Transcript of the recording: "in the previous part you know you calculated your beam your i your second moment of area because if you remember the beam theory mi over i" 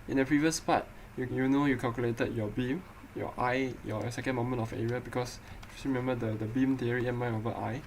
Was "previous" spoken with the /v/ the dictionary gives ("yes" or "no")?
yes